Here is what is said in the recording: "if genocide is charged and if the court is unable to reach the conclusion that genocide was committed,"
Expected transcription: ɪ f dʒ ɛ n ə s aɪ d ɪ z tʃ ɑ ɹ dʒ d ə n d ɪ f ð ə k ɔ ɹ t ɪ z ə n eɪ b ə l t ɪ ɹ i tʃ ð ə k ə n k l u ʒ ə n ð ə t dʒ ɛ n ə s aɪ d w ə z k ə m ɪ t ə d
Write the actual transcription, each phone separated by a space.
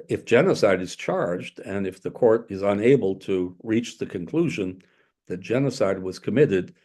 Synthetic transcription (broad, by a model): ɪ f dʒ ɛ n ə s aɪ d ɪ z tʃ ɑ ɹ dʒ d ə n ɪ f ð ə k ɔ ɹ t ɪ z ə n eɪ b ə l t ɪ ɹ i tʃ ð ə k ə n k l u ʒ ə n ð ə t dʒ ɛ n ə s aɪ d w ə z k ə m ɪ t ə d